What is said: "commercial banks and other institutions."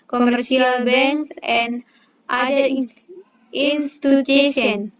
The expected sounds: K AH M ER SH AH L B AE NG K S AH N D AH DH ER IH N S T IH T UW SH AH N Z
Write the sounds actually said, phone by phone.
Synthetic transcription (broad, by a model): K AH M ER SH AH L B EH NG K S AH N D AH IY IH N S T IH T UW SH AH N